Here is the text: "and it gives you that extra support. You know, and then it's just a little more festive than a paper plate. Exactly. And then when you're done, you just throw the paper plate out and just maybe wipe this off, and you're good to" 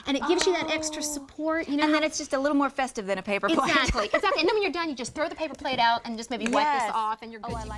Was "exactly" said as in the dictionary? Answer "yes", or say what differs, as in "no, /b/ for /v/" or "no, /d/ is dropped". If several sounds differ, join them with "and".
no, /k/ is dropped and /n/ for /l/